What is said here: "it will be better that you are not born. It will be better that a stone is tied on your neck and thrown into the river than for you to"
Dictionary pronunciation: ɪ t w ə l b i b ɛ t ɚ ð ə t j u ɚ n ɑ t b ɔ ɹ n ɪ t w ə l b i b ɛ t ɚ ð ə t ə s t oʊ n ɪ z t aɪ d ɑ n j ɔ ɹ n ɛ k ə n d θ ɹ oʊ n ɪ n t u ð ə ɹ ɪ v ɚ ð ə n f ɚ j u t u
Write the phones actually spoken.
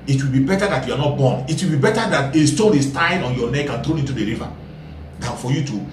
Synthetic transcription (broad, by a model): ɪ t w ə l b i b ɛ t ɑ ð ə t j u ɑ n ɑ t b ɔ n ɪ t w ə l b i b ɛ t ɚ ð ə t ə s t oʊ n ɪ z t aɪ d ɑ n j ɔ n ɛ k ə n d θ ɹ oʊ ɪ n t u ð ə ɹ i v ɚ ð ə n f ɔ j u t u